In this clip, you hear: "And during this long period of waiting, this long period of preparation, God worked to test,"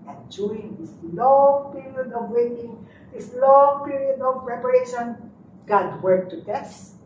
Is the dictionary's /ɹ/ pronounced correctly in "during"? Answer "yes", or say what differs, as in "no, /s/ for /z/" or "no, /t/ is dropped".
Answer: no, /ɹ/ is dropped